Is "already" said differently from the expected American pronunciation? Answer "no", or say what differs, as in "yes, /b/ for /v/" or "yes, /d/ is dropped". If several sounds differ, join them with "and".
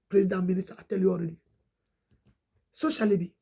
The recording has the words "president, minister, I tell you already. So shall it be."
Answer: no